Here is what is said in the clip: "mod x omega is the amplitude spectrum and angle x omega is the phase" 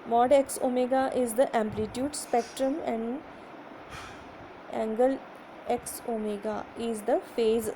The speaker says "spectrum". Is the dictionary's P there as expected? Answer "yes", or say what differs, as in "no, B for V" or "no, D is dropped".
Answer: yes